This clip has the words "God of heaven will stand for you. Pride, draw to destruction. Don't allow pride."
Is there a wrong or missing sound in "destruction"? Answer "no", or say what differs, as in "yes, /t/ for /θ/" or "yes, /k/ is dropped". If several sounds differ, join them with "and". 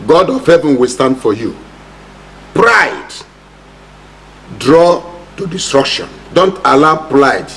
no